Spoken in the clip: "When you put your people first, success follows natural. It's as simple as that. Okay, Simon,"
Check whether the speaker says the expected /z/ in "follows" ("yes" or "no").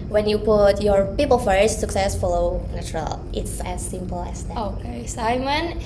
no